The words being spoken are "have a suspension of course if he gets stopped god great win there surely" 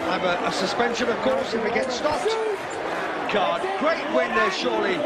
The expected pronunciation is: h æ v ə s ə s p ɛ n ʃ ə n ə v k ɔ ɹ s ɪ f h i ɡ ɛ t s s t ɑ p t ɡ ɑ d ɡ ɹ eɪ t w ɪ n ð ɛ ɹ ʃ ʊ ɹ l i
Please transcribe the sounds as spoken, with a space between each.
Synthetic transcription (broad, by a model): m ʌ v ə s ə s p ɛ n ʃ ə n ə v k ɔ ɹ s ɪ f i ɡ ɛ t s s t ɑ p t ɡ ɑ d ɡ ɹ eɪ t w ɪ n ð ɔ ʃ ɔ l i